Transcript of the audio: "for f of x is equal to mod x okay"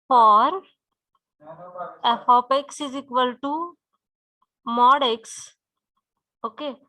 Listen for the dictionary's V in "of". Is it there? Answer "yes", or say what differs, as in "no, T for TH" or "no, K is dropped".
no, P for V